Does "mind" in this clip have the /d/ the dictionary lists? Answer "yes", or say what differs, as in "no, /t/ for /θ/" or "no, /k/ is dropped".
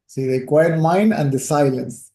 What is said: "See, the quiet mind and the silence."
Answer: yes